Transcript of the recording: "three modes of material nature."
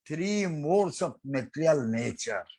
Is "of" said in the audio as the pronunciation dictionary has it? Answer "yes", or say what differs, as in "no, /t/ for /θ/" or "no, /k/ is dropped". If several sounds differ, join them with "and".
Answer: no, /p/ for /v/